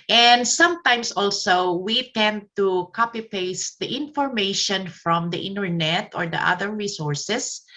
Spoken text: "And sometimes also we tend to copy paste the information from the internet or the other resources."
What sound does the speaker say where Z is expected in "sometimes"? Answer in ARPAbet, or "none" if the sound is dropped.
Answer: S